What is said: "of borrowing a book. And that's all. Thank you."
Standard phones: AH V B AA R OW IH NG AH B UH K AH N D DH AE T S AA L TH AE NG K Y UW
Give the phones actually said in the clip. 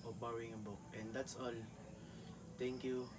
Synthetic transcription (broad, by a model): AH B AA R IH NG AH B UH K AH N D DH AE T S AA L T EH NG K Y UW